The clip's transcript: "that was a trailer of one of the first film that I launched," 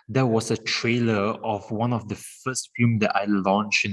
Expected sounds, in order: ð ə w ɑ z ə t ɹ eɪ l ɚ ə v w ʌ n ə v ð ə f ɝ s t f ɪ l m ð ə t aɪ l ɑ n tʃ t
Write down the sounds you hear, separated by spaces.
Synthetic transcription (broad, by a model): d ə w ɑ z ə t ɹ eɪ l ɚ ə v w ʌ n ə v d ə f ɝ s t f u m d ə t aɪ l ɑ n tʃ